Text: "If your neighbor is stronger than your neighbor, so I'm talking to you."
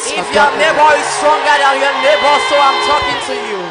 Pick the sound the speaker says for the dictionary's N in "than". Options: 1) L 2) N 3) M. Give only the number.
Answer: 1